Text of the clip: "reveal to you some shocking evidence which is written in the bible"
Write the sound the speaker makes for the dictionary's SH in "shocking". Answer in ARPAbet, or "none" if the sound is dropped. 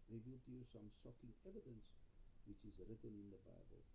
S